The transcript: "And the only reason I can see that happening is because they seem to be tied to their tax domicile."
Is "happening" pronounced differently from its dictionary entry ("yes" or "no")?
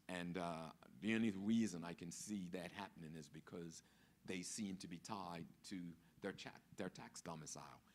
no